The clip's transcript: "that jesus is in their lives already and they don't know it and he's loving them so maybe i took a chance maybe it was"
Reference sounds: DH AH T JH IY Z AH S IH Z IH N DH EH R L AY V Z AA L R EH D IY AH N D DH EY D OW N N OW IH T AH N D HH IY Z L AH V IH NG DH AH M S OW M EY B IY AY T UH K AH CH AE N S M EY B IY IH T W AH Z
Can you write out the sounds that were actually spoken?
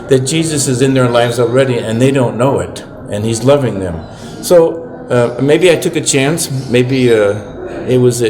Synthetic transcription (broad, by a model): DH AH T JH IY Z AH S IH Z IH N DH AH R L AY V Z AA L R EH D IY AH N DH EY D OW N N OW IH T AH N IY Z L AH V IH NG DH AH M S OW M EY B IY AY T UH K AH CH AE N S M EY B IY IH T W AH Z